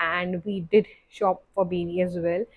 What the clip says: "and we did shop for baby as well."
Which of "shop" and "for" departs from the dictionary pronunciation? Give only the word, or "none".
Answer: none